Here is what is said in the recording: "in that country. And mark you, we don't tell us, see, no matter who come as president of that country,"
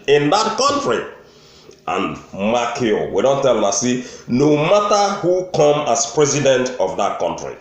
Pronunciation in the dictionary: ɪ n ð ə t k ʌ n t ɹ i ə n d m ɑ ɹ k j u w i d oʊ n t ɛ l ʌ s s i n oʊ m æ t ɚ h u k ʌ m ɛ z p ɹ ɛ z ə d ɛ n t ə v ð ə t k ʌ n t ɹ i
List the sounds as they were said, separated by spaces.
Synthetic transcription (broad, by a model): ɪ n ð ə t k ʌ n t ɹ i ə n m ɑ k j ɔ w i d oʊ n t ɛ l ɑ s s i n oʊ m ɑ t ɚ h u k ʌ m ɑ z p ɹ ɛ z ə d ɛ n t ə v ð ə t k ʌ n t ɹ i